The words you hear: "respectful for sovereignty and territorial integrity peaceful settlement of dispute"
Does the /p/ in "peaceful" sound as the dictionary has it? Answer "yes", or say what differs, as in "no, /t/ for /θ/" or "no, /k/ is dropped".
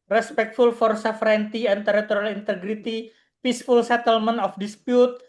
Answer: yes